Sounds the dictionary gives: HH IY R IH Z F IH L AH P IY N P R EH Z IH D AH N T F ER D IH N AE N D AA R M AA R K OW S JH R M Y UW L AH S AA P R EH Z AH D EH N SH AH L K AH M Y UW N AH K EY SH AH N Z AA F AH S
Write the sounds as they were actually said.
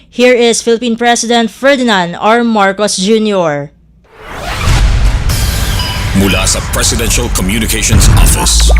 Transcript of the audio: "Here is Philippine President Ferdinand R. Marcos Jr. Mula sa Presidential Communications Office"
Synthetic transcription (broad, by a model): HH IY R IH S F IH L AH P IY N P R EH S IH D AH N T F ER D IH N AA N D AA R M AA R K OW S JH R M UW L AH S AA P R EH S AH D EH N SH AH L K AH M Y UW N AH K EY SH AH N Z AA F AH S